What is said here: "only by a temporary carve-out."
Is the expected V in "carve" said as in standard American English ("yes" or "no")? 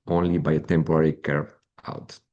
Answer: no